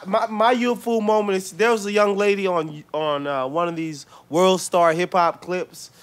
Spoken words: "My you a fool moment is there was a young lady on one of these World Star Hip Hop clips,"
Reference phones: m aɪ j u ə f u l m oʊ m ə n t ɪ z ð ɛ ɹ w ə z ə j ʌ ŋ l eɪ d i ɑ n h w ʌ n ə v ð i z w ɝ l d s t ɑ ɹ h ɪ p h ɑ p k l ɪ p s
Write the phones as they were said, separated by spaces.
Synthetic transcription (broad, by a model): m aɪ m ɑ ə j u l m oʊ m ə n t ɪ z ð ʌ ɹ w ə z ə j ʌ ŋ l eɪ d i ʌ n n w ʌ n ə v ð i z w ɝ l d s t ɑ ɹ h ɪ p h ɑ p k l ɪ p s